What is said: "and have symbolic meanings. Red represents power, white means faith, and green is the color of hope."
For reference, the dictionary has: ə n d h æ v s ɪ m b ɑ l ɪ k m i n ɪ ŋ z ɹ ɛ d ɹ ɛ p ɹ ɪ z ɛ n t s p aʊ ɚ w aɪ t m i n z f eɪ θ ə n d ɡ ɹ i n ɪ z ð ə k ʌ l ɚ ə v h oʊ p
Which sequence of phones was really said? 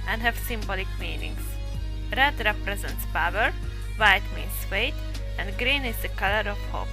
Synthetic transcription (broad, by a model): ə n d h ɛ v s ɪ m b ɑ l ɪ k m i n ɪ ŋ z ɹ ɛ d ɹ ɛ p ɹ ɪ z ɛ n t s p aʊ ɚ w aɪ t m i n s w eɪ t ə n d ɡ ɹ i n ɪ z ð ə k ʌ l ɚ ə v h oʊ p